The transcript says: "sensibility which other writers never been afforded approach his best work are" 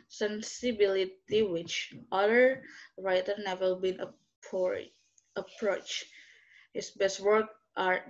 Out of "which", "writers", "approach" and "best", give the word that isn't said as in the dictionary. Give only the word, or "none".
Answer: writers